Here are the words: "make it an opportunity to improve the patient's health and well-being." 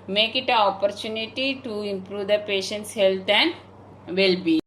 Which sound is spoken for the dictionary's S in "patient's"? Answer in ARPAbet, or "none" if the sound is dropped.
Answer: S